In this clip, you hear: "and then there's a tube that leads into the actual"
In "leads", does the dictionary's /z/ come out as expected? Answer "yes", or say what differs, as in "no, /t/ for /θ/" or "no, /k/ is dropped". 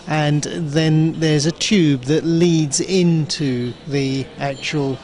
yes